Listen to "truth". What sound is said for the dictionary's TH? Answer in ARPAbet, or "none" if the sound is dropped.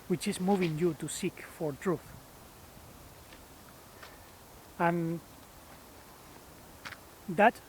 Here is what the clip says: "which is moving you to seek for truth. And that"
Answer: TH